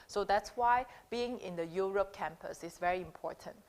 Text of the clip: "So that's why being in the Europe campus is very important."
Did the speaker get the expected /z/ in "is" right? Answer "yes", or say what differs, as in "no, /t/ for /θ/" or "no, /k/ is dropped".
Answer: no, /s/ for /z/